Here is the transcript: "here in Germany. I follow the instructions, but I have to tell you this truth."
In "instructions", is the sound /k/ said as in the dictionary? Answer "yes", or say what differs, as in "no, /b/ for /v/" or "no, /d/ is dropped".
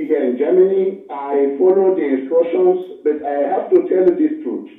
no, /k/ is dropped